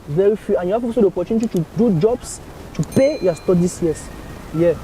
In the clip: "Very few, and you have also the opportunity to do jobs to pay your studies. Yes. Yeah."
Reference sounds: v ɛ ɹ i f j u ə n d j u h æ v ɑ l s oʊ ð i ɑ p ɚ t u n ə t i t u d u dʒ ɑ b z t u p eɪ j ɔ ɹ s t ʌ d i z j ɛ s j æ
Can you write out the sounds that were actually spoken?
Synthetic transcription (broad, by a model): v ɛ ɹ i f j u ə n j u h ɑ p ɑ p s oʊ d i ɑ p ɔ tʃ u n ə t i t u d u dʒ ɑ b s t u p eɪ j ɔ s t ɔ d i s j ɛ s j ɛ